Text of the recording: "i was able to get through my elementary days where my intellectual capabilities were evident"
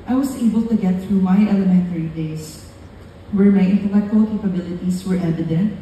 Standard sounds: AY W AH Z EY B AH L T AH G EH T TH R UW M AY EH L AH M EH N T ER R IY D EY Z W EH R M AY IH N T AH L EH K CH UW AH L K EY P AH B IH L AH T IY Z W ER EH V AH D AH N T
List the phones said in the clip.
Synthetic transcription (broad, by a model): AY W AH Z EY B AH L T AH G EH T TH R UW M AY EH L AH M EH N T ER R IY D EY S W EH R M AY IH N T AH L EH K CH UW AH L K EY P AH B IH L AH T IY S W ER EH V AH D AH N T